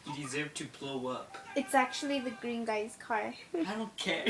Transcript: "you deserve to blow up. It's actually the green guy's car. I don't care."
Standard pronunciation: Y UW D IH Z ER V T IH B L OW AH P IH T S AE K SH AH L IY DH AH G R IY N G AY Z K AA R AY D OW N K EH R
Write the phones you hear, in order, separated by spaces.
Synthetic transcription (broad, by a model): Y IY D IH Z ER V T IH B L OW AH P IH T S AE K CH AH L IY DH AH G R IY N G AY Z K AA R AY D OW N K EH R